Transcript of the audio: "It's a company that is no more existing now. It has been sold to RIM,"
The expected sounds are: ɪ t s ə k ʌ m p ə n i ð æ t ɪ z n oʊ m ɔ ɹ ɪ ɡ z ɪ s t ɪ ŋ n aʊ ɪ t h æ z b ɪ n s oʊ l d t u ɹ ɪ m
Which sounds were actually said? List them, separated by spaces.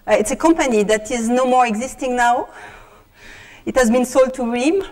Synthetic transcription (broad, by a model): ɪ t s ə k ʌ m p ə n i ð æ t ɪ z n oʊ m ɔ ɹ ɪ ɡ z ɪ s t ɪ ŋ n aʊ ɪ t h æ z b ɪ n s oʊ l d t u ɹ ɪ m